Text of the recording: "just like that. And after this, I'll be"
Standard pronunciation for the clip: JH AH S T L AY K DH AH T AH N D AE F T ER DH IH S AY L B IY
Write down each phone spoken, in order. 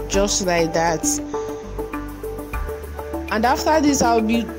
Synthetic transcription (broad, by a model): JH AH S T L AY K DH AH T AH N D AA F T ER DH IH S AY W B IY